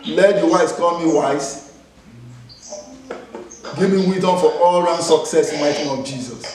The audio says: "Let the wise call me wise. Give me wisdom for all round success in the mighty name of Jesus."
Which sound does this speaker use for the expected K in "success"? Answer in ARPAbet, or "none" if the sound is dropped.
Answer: K